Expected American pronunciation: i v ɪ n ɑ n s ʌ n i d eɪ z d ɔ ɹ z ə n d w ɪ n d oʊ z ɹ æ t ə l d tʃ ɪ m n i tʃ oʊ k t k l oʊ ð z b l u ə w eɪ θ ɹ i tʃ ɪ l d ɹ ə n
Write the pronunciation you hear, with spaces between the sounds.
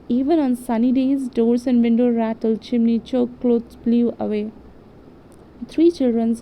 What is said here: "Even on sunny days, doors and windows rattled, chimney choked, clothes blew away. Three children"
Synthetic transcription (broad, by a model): i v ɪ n ɑ n s ʌ n i d eɪ z d ɔ ɹ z ə n d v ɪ n d oʊ ɹ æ t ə l tʃ ɪ m n i tʃ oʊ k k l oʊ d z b l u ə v eɪ t ɹ i tʃ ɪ l d ɹ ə n